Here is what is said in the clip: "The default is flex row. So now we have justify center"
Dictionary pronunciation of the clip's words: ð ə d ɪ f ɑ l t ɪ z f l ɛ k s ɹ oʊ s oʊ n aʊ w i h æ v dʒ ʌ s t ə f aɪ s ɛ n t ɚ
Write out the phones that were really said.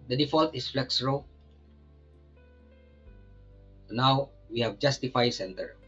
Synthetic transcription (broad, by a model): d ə d ɪ f ɑ l t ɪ s f l ɛ k s ɹ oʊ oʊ n aʊ w i h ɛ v dʒ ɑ s t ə f aɪ s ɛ n t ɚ